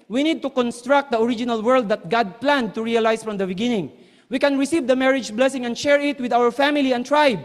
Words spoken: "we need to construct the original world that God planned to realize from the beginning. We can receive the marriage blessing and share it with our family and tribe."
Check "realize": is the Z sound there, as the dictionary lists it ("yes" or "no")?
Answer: no